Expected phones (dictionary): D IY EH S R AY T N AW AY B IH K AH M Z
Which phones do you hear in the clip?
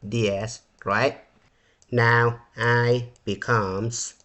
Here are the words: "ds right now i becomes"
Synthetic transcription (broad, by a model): D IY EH S R AY T N AW AY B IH K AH M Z